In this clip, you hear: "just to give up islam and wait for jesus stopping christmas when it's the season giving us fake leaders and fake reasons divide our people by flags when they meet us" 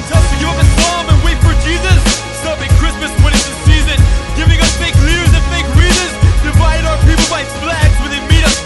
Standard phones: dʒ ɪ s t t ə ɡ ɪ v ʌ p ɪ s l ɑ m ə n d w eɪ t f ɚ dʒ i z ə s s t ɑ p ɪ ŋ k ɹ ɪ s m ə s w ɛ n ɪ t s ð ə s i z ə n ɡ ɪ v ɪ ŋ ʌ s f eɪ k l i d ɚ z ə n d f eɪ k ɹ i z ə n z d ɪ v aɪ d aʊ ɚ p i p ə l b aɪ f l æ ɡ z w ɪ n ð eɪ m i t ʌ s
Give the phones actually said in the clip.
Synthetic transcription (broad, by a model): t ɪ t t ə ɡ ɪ ʌ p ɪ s ɑ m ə n w eɪ t f ɚ dʒ i z ə s s t ɑ p ɪ ŋ k ɹ ɪ s m ə s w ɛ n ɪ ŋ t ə s i z ə n ɡ ɪ v ɪ ŋ ʌ s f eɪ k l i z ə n f eɪ k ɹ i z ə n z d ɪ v aɪ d aʊ ɚ p i p l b aɪ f l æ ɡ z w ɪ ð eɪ m i t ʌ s